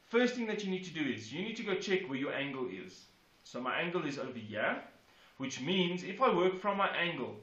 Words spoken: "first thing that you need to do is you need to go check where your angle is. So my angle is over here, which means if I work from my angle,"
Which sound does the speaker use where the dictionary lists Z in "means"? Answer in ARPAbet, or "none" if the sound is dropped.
Z